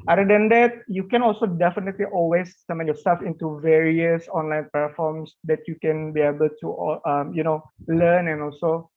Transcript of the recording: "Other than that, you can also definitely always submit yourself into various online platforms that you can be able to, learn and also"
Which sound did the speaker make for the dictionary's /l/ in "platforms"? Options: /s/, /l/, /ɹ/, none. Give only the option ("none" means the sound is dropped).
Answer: none